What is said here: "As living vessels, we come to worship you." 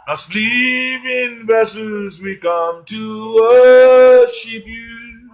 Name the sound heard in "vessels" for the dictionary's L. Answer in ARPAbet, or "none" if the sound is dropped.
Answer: none